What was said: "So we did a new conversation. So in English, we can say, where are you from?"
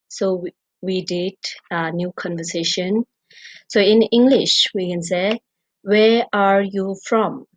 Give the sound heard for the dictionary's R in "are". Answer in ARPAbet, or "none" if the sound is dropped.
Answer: R